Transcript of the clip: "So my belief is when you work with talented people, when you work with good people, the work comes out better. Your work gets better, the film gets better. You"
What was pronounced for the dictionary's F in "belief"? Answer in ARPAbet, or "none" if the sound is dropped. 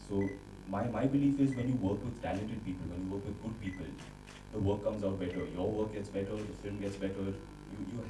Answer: F